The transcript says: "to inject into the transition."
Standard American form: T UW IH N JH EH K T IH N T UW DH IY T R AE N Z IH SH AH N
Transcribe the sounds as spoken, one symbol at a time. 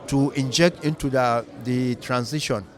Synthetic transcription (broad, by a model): T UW IH N JH EH K T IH N T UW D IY T R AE N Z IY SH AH N